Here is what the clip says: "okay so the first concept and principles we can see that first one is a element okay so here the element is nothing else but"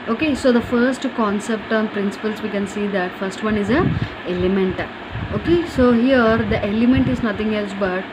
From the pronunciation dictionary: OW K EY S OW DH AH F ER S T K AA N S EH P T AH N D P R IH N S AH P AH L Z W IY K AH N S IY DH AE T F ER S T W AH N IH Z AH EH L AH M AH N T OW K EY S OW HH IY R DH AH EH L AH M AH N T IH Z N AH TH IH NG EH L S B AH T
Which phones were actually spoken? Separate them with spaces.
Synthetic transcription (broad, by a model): OW K EY S OW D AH F ER S T K AA N S EH P T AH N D P R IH N S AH P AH L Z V IY K AH N S IY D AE T F ER S T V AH N IH Z AH EH L AH M AH N T OW K EY S OW HH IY R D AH EH L AH M AH N T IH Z N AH T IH NG EH L S B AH T